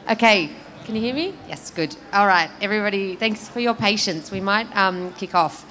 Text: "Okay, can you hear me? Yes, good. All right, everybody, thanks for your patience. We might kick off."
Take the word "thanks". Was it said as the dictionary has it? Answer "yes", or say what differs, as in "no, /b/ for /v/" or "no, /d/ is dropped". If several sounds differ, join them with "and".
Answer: yes